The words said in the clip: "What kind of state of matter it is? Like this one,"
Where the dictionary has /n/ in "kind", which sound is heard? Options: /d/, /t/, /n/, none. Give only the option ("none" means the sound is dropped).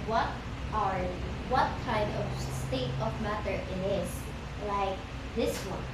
none